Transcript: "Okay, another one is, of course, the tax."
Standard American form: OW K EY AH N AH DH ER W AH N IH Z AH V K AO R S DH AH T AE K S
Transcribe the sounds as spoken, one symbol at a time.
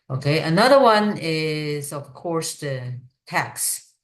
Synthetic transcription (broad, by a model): OW K EY AH N AH DH ER W AH N IH Z AH V K AO R S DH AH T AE K S